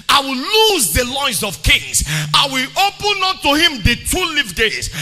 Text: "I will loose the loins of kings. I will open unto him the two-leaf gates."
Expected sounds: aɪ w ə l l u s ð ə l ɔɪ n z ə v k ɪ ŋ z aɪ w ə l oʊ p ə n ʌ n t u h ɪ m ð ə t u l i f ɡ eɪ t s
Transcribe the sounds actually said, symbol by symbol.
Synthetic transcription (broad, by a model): aɪ w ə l l u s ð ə l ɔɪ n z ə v k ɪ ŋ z aɪ w ə l oʊ p ə n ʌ t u h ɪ m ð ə t u l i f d eɪ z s